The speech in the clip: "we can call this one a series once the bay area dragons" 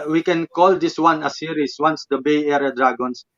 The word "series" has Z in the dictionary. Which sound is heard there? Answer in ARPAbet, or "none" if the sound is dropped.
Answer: S